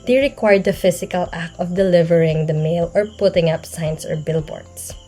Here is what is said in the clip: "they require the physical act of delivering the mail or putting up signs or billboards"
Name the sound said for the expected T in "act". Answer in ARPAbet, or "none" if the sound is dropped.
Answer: none